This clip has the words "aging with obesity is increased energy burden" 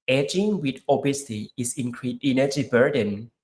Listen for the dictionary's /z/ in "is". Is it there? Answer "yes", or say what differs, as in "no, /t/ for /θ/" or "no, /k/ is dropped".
no, /s/ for /z/